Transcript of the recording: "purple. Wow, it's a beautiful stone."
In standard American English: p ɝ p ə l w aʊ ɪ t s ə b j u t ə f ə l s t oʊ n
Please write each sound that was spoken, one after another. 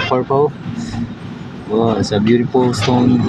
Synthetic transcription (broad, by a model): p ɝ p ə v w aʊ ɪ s ə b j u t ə p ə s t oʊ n